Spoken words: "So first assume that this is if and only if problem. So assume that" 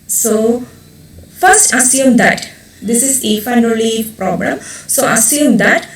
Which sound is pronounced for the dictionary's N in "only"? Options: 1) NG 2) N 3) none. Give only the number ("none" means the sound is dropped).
3